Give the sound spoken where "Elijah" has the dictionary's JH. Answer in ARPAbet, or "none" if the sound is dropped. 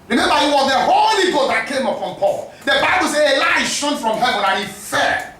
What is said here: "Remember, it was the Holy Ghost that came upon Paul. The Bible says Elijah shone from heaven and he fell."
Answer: none